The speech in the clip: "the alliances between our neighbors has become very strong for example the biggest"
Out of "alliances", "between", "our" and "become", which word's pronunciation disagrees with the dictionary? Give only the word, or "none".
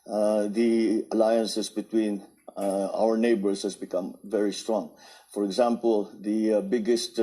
alliances